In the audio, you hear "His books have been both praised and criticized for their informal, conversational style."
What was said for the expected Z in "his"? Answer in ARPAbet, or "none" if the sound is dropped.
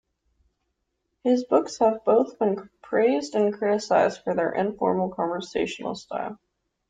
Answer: Z